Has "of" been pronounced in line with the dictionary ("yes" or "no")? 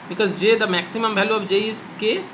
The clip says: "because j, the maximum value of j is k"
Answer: no